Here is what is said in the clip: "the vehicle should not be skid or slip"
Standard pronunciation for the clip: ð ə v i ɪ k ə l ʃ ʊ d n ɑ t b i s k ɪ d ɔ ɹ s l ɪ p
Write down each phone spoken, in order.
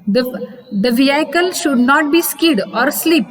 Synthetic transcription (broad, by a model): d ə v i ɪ k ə l ʃ ʊ d n ɑ t b i s k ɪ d ɔ ɹ s l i p